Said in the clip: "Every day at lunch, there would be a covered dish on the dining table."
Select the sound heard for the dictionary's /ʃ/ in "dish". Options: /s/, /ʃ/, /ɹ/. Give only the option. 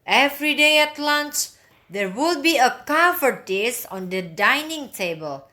/s/